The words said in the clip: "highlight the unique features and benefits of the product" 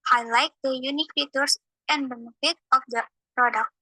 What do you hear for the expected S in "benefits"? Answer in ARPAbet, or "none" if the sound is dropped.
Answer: none